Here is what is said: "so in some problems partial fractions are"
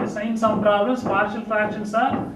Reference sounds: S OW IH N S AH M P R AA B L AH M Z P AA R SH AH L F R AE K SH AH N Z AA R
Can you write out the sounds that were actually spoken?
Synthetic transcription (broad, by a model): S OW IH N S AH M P R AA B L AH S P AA R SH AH L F AE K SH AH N S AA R